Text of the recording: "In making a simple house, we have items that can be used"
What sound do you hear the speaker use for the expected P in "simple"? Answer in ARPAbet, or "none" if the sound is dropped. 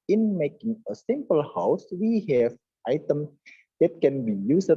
P